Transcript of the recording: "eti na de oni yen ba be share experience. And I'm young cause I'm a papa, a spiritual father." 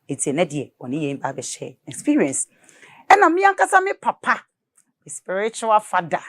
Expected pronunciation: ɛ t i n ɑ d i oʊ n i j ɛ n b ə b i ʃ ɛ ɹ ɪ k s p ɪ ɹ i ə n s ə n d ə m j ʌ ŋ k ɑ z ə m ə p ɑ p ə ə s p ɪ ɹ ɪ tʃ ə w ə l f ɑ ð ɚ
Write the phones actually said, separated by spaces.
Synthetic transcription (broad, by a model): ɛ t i n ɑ d i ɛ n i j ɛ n b ə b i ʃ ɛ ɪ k s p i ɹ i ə n s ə n ə m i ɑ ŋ k ɑ s ə m ə p ɑ p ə ə s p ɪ ɹ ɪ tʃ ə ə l f ɑ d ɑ